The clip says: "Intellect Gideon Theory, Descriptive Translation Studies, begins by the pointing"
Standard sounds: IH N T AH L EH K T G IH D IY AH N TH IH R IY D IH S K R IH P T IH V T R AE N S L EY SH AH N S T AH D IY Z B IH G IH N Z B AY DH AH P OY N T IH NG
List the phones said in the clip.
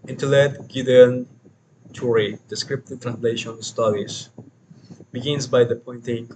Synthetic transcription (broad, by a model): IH N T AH L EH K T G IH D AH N T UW R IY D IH S K R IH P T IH T R AE N S L EY SH AH N S T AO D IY S B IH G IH N S B AY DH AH P OY N T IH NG